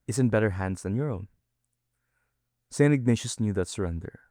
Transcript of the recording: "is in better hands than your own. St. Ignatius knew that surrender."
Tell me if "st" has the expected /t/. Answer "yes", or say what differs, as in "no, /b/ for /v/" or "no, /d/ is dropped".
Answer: no, /t/ is dropped